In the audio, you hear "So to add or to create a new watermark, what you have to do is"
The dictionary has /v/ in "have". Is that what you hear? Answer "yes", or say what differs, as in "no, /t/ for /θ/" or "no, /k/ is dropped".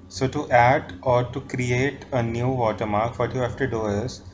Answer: no, /f/ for /v/